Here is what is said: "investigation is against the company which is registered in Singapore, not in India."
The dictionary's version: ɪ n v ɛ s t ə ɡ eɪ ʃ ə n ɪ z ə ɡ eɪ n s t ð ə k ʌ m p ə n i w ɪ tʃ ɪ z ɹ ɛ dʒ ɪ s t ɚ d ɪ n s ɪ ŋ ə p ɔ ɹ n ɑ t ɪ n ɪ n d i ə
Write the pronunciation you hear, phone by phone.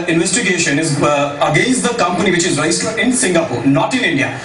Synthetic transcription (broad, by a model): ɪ n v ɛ s t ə ɡ eɪ ʃ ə n ɪ z ə ɡ eɪ n s t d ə k ʌ m p ə n i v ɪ tʃ ɪ z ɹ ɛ ɪ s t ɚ ɪ n s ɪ ŋ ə p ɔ ɹ n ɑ t ɪ n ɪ n d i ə